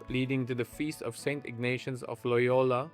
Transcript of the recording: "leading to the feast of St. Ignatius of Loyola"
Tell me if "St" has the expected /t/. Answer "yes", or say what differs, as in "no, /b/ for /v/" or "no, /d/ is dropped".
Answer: yes